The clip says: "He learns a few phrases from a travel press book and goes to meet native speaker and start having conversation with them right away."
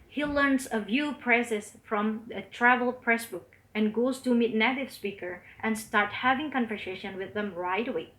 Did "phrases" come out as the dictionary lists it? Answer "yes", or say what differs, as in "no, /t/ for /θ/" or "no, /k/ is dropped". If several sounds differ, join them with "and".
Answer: no, /p/ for /f/